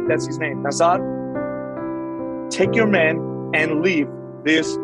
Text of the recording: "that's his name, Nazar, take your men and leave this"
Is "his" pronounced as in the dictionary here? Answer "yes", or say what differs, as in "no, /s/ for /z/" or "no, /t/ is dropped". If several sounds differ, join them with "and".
yes